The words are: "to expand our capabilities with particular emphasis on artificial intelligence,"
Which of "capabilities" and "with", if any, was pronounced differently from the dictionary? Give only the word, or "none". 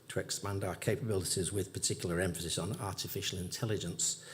none